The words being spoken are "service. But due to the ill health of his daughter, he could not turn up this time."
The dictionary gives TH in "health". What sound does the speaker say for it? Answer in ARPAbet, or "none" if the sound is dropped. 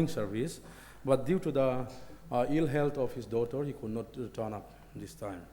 T